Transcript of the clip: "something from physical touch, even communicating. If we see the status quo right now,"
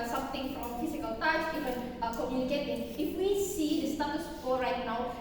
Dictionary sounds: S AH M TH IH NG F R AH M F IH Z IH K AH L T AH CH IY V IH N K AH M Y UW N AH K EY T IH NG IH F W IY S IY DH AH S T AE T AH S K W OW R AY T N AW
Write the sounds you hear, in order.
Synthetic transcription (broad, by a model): S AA M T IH NG F R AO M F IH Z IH K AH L T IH S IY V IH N K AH M Y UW N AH K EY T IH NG IH F W IY S IY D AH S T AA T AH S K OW R AY T N AW